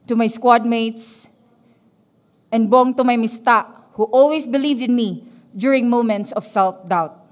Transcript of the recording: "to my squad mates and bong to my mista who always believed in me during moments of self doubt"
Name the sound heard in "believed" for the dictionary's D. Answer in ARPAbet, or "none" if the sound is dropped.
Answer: D